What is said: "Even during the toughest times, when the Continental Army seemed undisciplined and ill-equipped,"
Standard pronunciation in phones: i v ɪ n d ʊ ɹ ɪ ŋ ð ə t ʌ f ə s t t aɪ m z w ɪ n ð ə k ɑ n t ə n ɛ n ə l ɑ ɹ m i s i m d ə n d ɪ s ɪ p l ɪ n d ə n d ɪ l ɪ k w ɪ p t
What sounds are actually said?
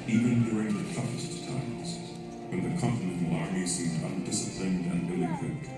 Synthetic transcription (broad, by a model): i v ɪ n d ʊ ɹ ɪ ŋ ð ə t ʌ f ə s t t aɪ m z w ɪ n ð ə k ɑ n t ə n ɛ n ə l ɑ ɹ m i s i m d ə n d ɪ s ɪ p l ɪ n d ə n ɪ l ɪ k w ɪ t